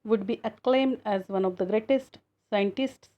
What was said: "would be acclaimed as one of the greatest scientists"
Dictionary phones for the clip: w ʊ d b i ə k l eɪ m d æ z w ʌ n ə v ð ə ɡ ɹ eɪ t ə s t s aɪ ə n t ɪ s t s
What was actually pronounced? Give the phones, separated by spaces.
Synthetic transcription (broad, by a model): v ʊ d b i ə k l eɪ m d æ z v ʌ n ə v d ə ɡ ɹ eɪ t ə s t s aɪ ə n t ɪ s t s